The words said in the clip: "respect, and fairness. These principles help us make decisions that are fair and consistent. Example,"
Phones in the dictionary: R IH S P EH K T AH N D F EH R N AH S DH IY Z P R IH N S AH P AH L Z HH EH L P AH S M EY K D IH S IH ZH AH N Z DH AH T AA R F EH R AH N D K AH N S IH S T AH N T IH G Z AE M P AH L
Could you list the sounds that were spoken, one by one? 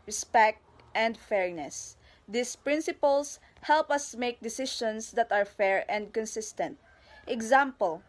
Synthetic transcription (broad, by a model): R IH S P EH K T AH N D F EH R N AH S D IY S P R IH N S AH P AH L S HH EH L P AH S M EY K D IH S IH SH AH N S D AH T AA R F EH R AH N D K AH N S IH S T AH N T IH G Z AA M P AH L